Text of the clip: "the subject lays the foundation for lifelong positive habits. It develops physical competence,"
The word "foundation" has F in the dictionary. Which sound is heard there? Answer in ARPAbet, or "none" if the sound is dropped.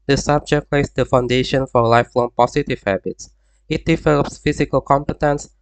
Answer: F